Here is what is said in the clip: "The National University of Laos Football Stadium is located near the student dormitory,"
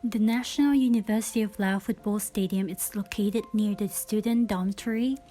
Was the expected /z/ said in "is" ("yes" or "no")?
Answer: no